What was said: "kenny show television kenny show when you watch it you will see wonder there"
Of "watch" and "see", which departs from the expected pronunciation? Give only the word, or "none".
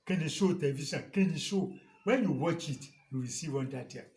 none